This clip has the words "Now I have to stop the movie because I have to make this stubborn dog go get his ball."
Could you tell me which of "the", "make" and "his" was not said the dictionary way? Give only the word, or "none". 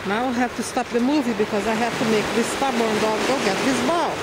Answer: his